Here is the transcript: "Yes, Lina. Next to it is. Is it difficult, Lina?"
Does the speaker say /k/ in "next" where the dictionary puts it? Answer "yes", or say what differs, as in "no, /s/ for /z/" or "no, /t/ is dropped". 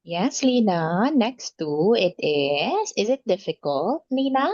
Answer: yes